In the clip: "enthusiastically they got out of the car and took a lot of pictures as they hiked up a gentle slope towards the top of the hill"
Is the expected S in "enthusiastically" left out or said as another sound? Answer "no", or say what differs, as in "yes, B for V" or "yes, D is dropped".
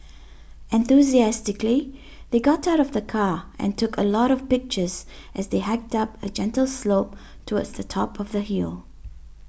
no